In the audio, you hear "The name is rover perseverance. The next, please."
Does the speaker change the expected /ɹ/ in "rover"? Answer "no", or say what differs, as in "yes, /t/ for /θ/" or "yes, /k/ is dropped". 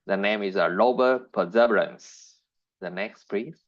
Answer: yes, /l/ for /ɹ/